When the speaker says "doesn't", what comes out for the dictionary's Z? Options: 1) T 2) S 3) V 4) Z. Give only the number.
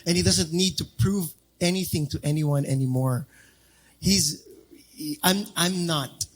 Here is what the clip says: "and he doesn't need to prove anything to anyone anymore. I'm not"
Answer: 4